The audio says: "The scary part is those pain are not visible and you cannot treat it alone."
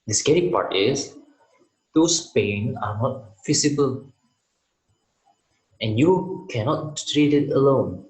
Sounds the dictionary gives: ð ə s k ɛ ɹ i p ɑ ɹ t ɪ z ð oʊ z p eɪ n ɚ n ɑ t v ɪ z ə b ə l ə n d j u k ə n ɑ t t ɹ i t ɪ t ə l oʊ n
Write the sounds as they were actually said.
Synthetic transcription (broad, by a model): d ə s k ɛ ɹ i p ɑ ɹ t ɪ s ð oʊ s p eɪ n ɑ n ɑ t f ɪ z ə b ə l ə n j u k ə n ɑ t t ɹ i t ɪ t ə l oʊ n